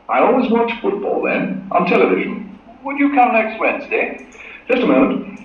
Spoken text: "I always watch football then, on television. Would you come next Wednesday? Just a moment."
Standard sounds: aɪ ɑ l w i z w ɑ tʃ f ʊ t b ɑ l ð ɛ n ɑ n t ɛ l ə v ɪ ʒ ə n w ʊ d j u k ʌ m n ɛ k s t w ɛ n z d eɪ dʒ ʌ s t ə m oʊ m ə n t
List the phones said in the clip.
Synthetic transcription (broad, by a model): aɪ ɑ l w i z w ɑ tʃ f ʊ t b ɑ l ð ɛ n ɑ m t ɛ l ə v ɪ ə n w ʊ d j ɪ k ʌ m n ɛ k s t w ɛ n z d eɪ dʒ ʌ s t ə m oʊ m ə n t